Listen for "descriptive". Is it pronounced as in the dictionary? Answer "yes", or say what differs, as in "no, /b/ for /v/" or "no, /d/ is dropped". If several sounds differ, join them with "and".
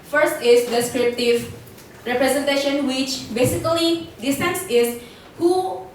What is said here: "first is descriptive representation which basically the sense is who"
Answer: yes